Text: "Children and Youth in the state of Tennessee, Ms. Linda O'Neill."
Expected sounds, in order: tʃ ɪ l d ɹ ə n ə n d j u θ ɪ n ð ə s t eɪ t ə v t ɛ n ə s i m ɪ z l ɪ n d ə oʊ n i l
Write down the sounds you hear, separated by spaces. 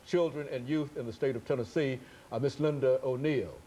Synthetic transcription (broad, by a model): tʃ ɪ l d ɹ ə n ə n j u θ ɪ n ð ə s t eɪ t ə v t ɛ n ə s i m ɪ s l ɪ n d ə oʊ n i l